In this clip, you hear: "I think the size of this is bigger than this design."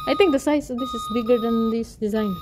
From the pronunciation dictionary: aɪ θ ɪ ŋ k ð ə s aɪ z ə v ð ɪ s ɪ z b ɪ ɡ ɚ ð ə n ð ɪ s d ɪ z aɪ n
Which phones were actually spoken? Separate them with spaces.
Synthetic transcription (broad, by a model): aɪ t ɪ ŋ k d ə s aɪ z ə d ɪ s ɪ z b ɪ ɡ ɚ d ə n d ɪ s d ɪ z aɪ n